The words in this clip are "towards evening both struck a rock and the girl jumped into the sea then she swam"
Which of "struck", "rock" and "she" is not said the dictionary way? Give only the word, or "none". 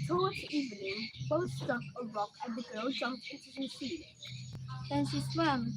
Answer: struck